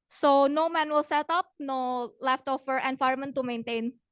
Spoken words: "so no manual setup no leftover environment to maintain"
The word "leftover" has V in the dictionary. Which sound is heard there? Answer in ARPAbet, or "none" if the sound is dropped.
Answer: F